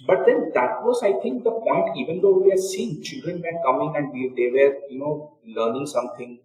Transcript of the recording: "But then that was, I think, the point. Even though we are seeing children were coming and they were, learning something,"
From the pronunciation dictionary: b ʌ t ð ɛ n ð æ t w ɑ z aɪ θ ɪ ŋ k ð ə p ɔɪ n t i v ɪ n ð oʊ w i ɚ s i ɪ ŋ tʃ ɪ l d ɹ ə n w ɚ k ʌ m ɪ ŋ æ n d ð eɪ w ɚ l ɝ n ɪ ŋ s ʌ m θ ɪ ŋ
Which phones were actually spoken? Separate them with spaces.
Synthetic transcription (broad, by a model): b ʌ t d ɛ n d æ t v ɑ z aɪ t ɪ ŋ k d ə p ɔɪ n t i v ɪ n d oʊ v i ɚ s i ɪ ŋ tʃ ɪ l d ɹ ə n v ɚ k ʌ m ɪ ŋ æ n d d eɪ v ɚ l ɝ n ɪ ŋ s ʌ m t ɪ ŋ